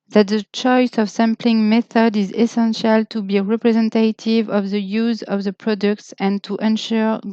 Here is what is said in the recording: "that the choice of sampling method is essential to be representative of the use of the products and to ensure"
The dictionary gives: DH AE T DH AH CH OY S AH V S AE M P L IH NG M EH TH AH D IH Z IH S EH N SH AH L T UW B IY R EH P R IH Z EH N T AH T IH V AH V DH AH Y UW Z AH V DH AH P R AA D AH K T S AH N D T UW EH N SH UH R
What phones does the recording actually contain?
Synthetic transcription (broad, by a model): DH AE T DH AH CH OY S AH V S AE M P L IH NG M EH TH AH D IH Z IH S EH N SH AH L T UW B IY R EH P R IH Z EH N T AH T IH V AH V DH AH Y UW Z AH V DH AH P R AA D AH K T S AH N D T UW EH N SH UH R